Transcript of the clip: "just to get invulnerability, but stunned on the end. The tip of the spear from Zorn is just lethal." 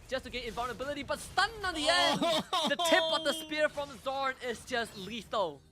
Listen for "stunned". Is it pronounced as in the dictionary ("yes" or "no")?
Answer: no